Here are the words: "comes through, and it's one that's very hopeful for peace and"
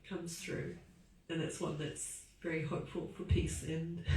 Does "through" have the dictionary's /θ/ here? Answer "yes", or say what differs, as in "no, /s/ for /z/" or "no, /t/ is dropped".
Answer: yes